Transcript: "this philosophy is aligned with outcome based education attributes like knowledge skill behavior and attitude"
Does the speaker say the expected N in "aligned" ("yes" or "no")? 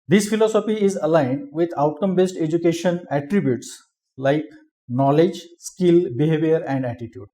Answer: yes